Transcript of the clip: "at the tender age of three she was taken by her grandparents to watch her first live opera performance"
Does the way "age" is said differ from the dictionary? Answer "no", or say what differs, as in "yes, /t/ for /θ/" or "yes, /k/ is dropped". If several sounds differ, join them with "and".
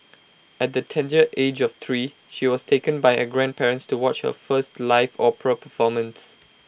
no